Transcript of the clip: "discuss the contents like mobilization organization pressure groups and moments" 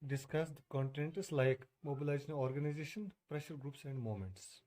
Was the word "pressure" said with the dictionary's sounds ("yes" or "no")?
yes